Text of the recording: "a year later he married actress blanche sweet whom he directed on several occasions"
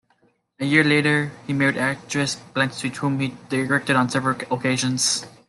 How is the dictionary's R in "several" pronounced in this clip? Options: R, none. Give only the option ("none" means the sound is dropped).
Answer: R